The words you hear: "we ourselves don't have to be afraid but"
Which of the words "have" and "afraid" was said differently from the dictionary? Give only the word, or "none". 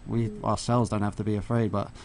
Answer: have